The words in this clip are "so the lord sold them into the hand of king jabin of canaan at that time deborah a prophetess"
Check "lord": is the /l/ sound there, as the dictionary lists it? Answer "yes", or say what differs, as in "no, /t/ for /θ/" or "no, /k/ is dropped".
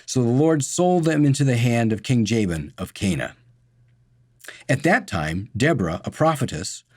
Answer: yes